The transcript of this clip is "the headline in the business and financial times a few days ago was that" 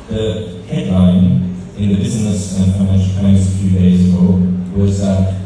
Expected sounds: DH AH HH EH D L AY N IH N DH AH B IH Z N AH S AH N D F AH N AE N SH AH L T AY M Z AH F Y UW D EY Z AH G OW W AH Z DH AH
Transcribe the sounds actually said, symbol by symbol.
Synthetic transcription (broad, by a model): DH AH HH EH D L AY N IH N DH AH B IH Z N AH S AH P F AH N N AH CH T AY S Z AH F Y UW D EY Z AH G OW W AH Z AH